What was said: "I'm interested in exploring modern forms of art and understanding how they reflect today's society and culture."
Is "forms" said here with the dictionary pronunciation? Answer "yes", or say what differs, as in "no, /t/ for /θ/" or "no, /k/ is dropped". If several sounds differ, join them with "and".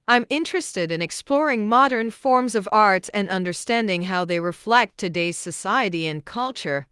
yes